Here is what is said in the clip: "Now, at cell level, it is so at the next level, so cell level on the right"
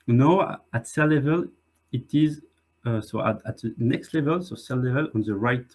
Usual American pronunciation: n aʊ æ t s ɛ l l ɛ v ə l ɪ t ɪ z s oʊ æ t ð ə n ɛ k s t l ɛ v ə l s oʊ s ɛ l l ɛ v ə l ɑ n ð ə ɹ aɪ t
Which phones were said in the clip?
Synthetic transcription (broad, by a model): n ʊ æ t s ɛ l l ɛ v ə l ɪ t ɪ z s oʊ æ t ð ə n ɛ k s t l ɛ v ə l s oʊ s ɛ l l ɛ v ə l ɑ n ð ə ɹ aɪ t